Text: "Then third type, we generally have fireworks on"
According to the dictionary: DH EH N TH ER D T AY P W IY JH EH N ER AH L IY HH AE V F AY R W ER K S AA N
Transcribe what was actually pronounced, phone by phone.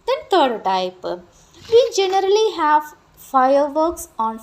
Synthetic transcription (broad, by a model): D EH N T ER D T AY P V IY JH EH N ER AH L IY HH AE V F AY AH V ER K S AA N